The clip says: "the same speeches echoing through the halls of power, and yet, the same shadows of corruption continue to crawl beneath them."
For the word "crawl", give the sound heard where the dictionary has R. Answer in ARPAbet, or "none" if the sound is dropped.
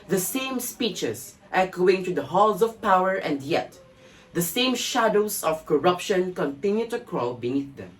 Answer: R